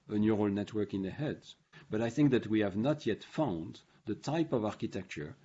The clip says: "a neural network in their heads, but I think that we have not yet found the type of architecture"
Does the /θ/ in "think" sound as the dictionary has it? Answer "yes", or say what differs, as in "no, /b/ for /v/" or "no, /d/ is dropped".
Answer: yes